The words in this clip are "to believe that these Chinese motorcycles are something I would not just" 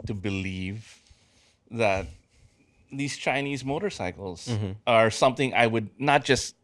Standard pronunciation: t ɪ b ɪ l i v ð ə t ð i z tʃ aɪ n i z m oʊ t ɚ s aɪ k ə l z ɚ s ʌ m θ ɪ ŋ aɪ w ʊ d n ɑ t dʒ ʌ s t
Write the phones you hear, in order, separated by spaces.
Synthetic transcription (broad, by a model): t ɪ b ɪ l i v ð ə t ð i z tʃ aɪ n i z m oʊ t ɚ s aɪ k l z ɚ s ʌ m θ ɪ ŋ aɪ w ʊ d n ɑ t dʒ ʌ s t